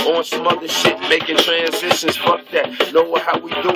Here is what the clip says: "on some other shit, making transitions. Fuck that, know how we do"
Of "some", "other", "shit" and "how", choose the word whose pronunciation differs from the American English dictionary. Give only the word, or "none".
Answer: shit